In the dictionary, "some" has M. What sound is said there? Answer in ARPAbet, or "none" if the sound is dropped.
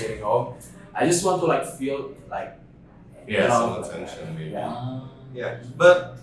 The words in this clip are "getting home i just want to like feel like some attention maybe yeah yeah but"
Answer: none